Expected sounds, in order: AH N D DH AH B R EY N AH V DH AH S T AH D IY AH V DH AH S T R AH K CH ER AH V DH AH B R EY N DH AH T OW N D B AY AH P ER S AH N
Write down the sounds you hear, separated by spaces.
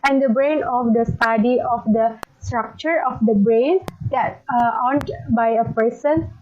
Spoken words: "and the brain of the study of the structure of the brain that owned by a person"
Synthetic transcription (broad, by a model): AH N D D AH B R EY N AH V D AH S T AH D IY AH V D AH S T R AH K CH ER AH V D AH B R EY N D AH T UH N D B AY AH P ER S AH N